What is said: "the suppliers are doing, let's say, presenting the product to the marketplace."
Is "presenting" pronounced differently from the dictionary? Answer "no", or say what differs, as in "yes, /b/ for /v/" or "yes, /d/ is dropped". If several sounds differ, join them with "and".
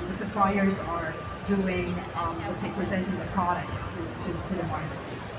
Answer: no